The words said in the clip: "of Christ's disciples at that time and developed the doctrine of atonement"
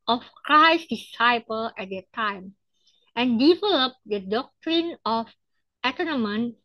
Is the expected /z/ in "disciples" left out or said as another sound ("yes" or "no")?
yes